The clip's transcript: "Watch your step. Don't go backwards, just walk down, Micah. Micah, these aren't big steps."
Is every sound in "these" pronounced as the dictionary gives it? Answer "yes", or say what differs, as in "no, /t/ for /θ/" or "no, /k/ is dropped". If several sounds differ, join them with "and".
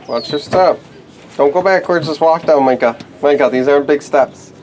yes